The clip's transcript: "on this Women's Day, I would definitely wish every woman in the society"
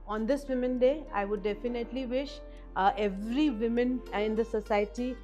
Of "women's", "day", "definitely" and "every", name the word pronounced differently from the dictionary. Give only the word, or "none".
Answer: women's